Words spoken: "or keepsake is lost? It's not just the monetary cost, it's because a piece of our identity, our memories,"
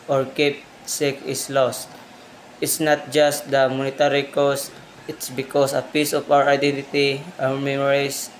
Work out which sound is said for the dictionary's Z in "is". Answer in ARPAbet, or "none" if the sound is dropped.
S